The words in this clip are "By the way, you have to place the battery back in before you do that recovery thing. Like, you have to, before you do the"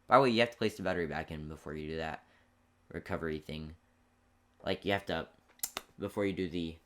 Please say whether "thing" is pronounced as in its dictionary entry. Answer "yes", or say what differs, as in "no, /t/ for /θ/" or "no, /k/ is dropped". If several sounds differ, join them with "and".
yes